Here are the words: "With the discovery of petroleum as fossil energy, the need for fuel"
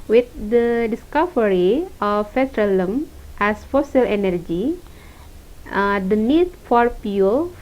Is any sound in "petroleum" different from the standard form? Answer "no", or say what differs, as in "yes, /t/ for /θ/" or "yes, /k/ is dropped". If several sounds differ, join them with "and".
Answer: yes, /f/ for /p/